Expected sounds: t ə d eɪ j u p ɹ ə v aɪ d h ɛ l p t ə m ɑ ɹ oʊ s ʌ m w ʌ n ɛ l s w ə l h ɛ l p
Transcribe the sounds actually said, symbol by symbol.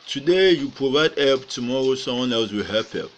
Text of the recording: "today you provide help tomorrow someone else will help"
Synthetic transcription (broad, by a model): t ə d eɪ j u p ɹ ə v aɪ d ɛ p t ə m ɑ ɹ oʊ s ʌ m w ʌ n ɛ l s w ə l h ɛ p